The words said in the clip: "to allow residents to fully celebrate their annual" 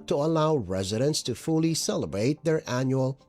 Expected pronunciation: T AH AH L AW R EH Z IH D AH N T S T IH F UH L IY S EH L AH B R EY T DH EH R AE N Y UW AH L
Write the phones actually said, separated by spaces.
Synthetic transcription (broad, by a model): T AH AH L AW R EH Z IH D AH N T S T IH F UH L IY S EH L AH B R EY T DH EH R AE N Y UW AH L